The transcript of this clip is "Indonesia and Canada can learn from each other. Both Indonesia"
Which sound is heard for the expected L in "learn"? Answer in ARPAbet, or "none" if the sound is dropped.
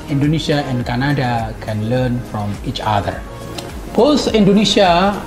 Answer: L